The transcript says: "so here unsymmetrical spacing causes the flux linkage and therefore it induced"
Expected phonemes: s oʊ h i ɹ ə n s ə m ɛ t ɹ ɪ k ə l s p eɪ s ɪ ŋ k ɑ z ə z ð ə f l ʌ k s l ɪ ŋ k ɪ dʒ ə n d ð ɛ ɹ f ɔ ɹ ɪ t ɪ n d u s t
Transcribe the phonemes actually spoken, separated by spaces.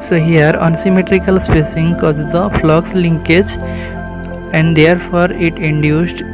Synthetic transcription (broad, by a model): s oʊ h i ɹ ə n s ə m ɛ t ɹ ɪ k ə l s p eɪ s ɪ ŋ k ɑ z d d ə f l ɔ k s l ɪ ŋ k ɪ dʒ ə n d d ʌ ɹ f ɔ ɹ ɪ t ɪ n d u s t